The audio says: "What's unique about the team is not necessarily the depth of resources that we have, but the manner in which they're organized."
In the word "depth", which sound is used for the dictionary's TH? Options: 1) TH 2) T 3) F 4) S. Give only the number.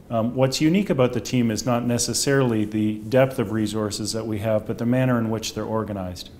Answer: 1